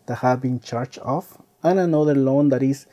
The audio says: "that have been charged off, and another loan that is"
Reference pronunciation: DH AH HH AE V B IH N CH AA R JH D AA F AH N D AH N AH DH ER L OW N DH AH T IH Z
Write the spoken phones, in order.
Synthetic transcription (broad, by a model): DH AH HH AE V B IH N CH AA R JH AA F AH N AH N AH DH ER L OW N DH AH T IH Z